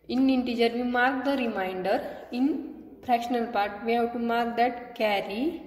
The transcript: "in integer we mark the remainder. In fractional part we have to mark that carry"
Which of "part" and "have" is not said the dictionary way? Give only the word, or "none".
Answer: have